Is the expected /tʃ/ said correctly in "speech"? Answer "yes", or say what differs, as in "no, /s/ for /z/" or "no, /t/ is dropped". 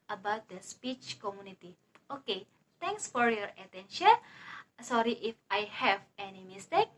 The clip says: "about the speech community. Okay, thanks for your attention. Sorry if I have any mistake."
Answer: yes